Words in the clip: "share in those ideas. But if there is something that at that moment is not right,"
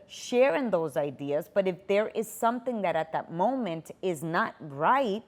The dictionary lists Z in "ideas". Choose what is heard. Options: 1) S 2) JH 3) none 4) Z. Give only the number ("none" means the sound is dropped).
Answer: 4